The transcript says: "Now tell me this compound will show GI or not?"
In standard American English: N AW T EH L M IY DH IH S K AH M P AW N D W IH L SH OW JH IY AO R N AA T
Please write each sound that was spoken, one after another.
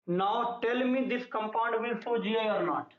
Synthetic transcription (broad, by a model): N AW T EH L M IY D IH S K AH M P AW N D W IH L S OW JH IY AO R N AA T